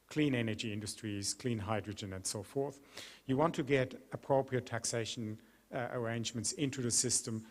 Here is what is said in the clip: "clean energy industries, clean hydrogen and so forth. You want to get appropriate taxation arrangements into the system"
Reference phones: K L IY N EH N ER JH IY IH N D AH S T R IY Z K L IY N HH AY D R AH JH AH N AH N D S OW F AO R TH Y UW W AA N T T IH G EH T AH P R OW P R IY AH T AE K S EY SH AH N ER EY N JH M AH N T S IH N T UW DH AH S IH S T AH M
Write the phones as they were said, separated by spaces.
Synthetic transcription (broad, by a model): K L IY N EH N ER JH IY IH N D AH S T R IY Z K L IY N HH AY D R AH JH AH N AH N S OW F AO R TH Y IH W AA N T T IH G EH T AH P R OW P R IY AH T AE K S EY SH AH N ER EY N JH M AH N T S IH N T UW DH AH S IH S T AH M